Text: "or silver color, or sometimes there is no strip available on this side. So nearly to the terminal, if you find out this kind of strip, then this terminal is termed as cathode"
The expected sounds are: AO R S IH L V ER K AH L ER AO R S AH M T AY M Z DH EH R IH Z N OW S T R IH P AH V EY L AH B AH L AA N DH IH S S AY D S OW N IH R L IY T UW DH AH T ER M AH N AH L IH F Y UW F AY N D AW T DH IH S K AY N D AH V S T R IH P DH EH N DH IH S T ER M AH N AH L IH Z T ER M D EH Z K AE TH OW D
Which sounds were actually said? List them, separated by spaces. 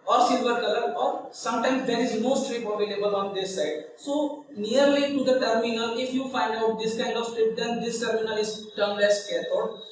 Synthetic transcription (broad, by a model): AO R S IH L V ER K AH L ER AO R S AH M T AY M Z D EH R IH Z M OW S T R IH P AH B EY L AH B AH L AA N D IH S S AY D S OW N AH R L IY T UW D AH T ER M AH N AH L IH F Y UW F AY N D AW T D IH S K AY N D AH V S T R IH P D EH N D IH S T ER M AH N AH L IH Z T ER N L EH S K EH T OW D